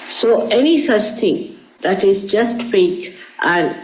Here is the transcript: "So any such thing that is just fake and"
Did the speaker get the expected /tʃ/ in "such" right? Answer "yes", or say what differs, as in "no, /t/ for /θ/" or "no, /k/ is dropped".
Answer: yes